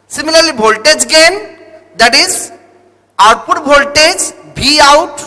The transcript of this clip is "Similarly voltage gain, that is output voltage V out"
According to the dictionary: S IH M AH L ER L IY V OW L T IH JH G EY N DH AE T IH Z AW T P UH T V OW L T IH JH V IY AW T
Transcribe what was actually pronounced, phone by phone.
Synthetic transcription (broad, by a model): S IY M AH L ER L IY B OW L T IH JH G EY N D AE T IH Z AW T P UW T B OW L T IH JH B IY AW T